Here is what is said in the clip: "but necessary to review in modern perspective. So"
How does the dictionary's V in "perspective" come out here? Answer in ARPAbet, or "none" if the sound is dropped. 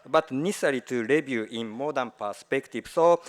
B